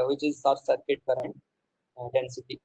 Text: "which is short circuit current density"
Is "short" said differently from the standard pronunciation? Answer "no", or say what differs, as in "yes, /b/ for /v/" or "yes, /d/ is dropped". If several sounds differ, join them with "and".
yes, /s/ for /ʃ/